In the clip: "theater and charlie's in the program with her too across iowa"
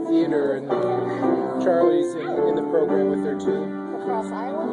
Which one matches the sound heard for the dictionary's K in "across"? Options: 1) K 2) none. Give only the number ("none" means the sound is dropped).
2